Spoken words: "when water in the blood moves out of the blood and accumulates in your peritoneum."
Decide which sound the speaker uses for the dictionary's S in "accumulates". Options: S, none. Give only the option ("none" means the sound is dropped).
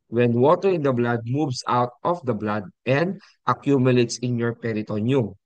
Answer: S